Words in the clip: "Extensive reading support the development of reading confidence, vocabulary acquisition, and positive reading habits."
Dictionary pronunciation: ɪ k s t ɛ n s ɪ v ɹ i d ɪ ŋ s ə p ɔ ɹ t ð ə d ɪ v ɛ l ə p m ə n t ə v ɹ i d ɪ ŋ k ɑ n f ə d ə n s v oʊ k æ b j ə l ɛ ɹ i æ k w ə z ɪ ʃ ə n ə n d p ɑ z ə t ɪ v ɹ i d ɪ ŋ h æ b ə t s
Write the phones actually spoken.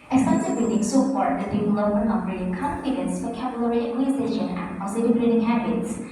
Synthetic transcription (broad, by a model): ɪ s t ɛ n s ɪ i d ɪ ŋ s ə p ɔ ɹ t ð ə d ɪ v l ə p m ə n ə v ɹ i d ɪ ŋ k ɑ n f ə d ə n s f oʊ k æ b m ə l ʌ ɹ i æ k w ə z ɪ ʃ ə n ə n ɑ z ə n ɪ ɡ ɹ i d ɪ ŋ h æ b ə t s